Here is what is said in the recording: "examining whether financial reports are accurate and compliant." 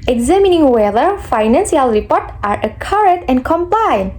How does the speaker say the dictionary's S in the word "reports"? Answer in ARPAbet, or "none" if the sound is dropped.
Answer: none